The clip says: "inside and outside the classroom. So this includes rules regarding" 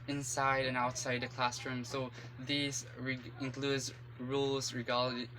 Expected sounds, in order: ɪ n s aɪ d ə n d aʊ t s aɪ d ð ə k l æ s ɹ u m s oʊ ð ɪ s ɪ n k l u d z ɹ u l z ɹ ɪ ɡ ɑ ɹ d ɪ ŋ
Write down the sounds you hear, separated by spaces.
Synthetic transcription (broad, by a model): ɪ n s aɪ d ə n aʊ t s aɪ d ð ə k l æ s ɹ u m s oʊ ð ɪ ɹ ɪ n k l u d z ɹ u l z ɹ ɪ ɡ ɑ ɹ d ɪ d